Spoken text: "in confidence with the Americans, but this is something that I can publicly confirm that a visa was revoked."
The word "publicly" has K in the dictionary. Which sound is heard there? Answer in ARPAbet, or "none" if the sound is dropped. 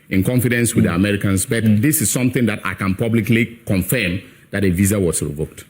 K